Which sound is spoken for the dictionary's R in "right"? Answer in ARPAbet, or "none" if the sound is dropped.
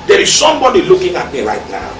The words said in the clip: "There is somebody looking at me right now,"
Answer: L